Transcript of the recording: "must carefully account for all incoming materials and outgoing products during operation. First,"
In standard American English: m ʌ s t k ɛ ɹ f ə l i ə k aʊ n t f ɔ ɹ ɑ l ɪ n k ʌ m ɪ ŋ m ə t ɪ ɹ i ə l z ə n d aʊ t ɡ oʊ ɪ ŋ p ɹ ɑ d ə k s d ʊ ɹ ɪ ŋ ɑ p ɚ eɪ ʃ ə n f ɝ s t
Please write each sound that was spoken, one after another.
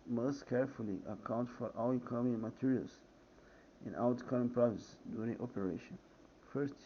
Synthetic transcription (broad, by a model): m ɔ s t k ɛ ɹ f ə l i ə k aʊ n t f ɔ ɹ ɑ w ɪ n k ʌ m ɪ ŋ m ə t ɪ ɹ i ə l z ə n aʊ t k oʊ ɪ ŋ p ɹ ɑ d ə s d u ɹ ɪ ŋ ɑ p ɚ eɪ ʃ ə n f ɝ s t